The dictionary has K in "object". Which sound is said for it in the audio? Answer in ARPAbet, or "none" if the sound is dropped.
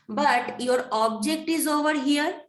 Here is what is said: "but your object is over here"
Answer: K